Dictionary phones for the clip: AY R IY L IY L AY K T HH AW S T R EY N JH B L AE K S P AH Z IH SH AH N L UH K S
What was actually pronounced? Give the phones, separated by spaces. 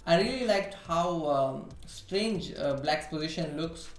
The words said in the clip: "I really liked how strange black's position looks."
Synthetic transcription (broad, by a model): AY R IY L IY L AY K T HH AW S T R EY N JH B L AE K P AH Z IH SH AH N L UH K S